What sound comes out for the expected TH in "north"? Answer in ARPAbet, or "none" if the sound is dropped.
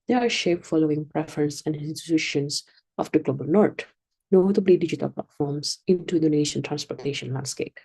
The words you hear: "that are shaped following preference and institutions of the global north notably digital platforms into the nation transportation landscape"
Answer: T